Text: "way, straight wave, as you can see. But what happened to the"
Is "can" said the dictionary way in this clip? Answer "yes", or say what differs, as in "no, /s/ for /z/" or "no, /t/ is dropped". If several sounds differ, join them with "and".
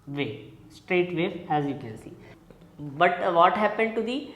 no, /l/ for /n/